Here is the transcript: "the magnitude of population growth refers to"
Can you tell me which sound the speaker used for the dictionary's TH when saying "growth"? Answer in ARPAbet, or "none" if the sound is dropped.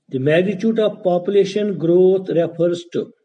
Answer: T